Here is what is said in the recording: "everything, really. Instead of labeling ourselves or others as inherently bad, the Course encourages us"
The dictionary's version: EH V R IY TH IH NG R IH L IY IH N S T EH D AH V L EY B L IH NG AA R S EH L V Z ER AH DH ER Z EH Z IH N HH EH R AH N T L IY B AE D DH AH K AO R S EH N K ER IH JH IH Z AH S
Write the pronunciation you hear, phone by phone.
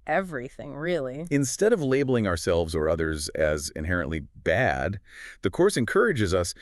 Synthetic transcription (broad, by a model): EH V R IY TH IH NG R IH L IY IH N S T EH D AH V L EY B L IH NG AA R S EH L V Z ER AH DH ER Z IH Z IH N HH EH R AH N T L IY B AE D DH AH K AO R S EH N K ER IH JH IH Z AH S